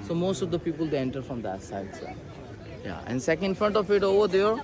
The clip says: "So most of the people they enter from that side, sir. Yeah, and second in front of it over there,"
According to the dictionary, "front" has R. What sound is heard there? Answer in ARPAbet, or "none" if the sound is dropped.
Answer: R